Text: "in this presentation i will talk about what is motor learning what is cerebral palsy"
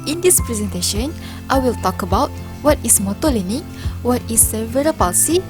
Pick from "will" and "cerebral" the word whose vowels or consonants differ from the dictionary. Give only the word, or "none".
cerebral